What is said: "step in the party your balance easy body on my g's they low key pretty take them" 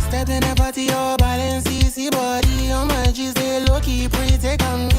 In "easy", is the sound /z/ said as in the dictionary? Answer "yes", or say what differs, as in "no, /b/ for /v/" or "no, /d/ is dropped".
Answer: no, /s/ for /z/